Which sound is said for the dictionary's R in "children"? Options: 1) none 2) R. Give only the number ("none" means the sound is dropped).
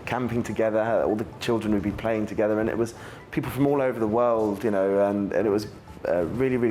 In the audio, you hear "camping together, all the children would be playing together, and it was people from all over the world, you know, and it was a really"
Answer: 2